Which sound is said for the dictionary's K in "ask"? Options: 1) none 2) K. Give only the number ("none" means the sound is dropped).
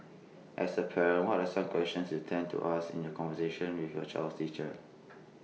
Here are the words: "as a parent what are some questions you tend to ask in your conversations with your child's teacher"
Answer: 1